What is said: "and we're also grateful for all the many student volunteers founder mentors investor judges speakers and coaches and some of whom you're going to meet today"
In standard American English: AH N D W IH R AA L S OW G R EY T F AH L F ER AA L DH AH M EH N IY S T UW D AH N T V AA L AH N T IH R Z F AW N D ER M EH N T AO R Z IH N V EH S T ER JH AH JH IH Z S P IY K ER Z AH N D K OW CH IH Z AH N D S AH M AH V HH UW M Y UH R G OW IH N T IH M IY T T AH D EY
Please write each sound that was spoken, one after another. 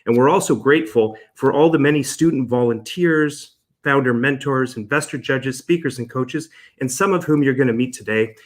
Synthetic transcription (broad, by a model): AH N W IH R AA L S OW G R EY T F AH L F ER AA L DH AH M EH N IY S T UW D N T V AA L AH N T IH R Z F AW N D ER M EH N T AO R Z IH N V EH S T ER JH AH JH IH Z S P IY K ER Z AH N K OW CH IH Z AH N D S AH M AH V HH UW M Y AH R G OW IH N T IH M IY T T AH D EY